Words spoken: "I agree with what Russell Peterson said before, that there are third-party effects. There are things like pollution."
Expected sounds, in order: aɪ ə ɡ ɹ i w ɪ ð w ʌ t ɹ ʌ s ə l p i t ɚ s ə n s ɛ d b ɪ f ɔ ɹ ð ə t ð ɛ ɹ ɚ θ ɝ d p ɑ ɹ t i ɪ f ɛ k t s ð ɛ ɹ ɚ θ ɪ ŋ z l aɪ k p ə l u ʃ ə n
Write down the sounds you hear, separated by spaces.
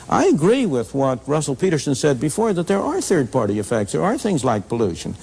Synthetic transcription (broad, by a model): aɪ ə ɡ ɹ i w ɪ ð w ʌ t ɹ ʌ s l p i t ɚ s ə n s ɛ d b ɪ f ɔ ɹ ð ə t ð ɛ ɹ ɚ θ ɝ d p ɑ ɹ t i ɪ f ɛ k t s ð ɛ ɹ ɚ θ ɪ ŋ z l aɪ k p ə l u ʃ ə n